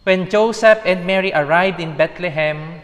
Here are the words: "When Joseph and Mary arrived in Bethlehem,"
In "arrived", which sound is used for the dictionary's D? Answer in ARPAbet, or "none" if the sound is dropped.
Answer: D